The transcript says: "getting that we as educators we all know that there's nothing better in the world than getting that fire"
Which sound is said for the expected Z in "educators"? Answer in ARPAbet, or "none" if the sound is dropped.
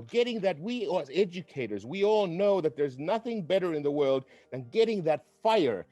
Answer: Z